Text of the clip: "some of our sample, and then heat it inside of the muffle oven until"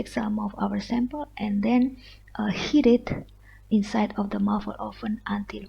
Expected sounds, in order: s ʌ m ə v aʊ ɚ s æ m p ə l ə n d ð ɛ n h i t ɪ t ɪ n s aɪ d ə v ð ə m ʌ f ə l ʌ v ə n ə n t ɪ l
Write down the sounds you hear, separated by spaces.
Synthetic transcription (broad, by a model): s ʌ m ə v aʊ ɚ s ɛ m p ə l ə n d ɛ n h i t ɪ t ɪ n s aɪ d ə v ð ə m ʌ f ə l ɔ f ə n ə n t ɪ l